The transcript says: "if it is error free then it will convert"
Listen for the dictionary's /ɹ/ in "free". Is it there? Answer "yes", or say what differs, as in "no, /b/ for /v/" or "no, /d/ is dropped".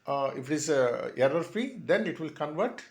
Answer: no, /ɹ/ is dropped